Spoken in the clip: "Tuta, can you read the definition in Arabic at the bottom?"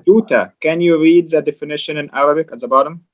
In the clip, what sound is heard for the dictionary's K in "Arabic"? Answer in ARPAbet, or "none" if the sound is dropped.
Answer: K